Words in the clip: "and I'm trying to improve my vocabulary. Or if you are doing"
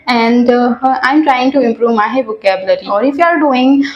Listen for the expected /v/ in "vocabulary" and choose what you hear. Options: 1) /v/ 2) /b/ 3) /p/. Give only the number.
2